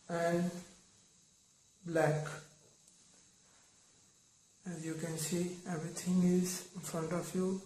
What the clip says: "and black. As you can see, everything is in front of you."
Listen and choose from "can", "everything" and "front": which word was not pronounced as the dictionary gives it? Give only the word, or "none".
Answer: everything